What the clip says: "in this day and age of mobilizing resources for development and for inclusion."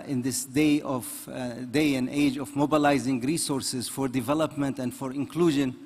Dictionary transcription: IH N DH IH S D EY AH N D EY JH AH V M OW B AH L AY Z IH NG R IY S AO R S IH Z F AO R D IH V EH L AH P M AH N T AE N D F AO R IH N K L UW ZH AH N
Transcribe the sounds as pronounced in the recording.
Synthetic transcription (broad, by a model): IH N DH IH S D EY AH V D EY JH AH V M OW B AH L AY Z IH NG R IY S AO R S IH Z F AO R D IH V EH L AH P M AH N T AE N D F AO R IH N K L UW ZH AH N